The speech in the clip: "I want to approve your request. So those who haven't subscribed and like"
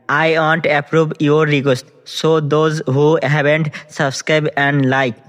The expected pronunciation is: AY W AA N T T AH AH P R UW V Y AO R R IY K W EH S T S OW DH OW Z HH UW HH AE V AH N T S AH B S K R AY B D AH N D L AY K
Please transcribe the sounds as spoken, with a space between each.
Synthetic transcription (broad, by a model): AY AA N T T AH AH P R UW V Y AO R R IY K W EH S T S OW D OW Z HH UW HH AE B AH N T S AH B S K R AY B AH N D L AY K